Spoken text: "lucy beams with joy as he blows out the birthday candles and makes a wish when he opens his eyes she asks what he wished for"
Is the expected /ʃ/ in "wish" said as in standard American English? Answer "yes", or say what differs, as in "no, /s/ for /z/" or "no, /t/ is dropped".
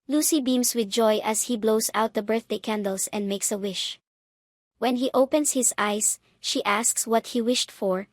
yes